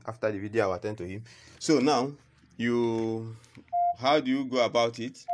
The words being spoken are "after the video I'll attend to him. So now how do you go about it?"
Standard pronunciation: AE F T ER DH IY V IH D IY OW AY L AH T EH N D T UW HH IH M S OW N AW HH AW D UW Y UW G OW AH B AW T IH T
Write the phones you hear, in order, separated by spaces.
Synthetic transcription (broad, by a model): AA F T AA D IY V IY D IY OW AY W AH T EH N T UW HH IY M S OW N AW HH AW D UW Y UW G OW AH B AW T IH T